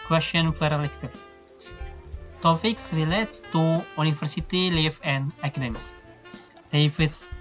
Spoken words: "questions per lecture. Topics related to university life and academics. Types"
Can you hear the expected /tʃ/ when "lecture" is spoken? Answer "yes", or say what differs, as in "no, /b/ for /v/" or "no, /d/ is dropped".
no, /s/ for /tʃ/